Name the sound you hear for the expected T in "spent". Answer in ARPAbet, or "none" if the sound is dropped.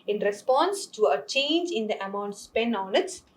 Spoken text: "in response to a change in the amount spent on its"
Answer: none